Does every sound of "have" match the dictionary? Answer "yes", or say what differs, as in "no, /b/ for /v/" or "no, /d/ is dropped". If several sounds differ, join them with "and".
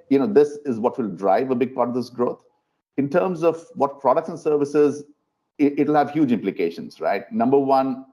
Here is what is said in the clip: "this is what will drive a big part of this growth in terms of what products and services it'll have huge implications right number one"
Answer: yes